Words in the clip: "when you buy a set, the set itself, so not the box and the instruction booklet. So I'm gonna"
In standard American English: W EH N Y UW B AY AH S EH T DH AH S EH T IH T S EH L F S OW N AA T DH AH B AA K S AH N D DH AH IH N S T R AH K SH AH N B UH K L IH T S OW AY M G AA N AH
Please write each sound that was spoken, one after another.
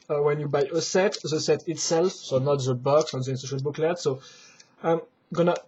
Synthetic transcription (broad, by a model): W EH N Y UW B AY AH S EH T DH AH S EH T IH T S EH L F S OW N AA T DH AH B AA K S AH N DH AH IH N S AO SH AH L B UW K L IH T S OW AY M G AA N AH